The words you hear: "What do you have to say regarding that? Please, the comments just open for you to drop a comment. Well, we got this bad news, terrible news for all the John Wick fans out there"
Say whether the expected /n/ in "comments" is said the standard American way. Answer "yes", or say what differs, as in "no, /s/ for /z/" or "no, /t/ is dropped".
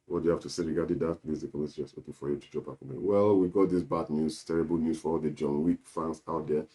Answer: no, /n/ is dropped